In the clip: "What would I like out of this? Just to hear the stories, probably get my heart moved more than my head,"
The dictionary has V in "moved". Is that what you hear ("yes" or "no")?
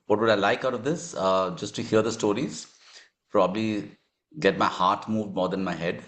yes